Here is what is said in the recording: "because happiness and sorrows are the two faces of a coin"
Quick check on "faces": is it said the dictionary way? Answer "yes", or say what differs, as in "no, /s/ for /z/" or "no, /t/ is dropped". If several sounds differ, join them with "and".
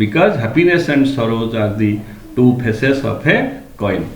no, /p/ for /f/ and /s/ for /z/